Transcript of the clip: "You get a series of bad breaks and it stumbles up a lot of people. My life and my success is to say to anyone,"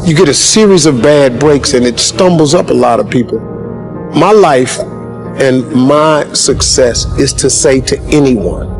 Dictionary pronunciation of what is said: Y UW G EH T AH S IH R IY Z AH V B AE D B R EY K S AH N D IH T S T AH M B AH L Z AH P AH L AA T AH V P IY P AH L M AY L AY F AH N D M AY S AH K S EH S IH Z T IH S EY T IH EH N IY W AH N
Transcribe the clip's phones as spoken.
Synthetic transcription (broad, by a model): Y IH G EH T AH S IH R IY Z AH V B AE D B R EY K S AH N IH T S T AH M B L Z AH P AH L AA T AH V P IY P L M AY L AY F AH N M AY S AH K S EH S IH Z T IH S EY T IH EH N IY W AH N